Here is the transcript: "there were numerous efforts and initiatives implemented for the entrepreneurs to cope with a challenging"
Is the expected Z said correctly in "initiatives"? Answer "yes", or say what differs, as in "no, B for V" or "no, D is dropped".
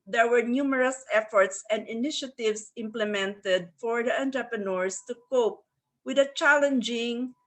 no, S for Z